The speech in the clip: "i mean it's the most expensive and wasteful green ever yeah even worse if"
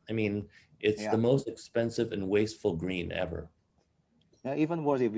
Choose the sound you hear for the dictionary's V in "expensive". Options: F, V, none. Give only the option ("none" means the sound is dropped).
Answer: V